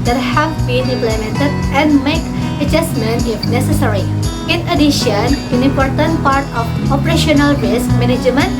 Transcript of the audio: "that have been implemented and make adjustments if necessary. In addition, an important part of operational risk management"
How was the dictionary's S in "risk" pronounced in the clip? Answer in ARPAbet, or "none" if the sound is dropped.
S